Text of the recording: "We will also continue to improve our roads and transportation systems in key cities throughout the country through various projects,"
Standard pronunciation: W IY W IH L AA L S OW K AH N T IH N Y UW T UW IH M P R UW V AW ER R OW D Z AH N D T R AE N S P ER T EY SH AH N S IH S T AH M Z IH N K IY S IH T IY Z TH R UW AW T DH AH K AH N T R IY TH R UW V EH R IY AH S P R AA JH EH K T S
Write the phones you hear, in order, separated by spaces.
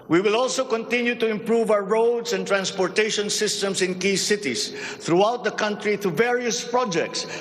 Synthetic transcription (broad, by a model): W IY W IH L AA L S OW K AH N T IH N Y UW T UW IH M P R UW V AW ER R OW D S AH N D T R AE N S P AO T EY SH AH N S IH S T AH M S IH N K IY S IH T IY S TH R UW AW T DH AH K AH N T R IY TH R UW V EH R IY AH S P R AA JH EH K T S